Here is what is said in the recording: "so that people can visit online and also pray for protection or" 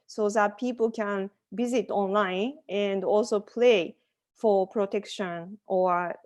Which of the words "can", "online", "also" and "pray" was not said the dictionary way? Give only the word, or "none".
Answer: pray